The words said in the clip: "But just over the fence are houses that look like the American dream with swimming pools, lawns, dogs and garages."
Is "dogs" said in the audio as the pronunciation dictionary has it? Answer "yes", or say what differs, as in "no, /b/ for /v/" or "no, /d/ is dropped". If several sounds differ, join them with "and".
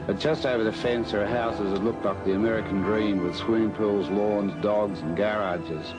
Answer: yes